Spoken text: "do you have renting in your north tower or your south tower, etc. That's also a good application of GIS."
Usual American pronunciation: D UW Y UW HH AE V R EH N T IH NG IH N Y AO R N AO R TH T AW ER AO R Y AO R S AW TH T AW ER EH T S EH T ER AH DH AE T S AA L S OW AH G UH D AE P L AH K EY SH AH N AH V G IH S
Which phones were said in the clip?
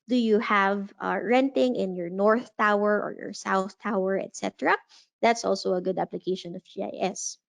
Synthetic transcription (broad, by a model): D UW Y UW HH AE V R EH N T IH NG IH N Y AO R N AO R TH T AW ER AO R Y AO R S AW TH T AW ER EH T S EH T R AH DH AE T S AA L S OW AH G UH D AE P L AH K EY SH AH N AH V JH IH S